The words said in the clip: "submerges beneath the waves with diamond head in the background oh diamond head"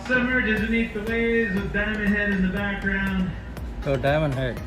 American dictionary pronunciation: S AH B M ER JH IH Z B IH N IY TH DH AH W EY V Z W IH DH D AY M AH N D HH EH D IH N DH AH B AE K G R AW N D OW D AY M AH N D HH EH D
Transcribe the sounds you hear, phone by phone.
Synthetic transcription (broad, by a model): S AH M ER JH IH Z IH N IY T DH AH W EY Z W IH DH D AY M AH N HH EH D IH N DH AH B AE K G R AW N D OW D AY M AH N HH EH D